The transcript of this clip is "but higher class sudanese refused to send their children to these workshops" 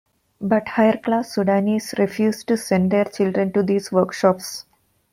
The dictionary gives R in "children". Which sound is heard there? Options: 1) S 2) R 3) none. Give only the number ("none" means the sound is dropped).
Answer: 2